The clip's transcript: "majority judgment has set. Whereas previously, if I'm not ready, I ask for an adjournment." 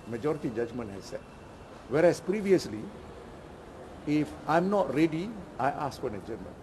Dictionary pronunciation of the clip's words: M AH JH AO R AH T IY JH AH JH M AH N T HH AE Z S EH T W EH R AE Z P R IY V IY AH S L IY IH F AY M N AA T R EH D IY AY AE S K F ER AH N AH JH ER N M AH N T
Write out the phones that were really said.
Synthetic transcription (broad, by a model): M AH JH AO R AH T IY JH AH JH M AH N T HH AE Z S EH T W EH R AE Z P R IY V IY AH S L IY IH F AY M N AA T R EH D IY AY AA S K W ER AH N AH JH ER M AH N